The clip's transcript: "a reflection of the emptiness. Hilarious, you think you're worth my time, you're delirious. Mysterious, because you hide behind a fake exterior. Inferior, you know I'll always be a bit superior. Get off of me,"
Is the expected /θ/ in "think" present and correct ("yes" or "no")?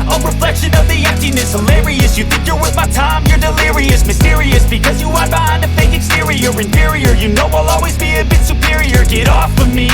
yes